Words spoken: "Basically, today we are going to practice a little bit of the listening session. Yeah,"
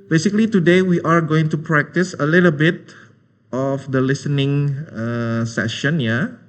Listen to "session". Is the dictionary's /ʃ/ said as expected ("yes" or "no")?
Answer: yes